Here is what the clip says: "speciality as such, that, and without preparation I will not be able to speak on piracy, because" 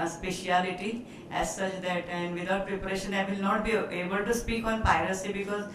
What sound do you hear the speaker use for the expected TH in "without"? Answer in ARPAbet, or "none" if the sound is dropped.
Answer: T